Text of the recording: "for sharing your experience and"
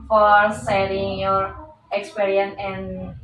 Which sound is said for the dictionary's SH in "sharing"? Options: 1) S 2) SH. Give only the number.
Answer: 1